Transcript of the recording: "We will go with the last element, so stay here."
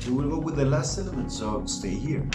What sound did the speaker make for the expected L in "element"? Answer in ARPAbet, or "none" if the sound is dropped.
N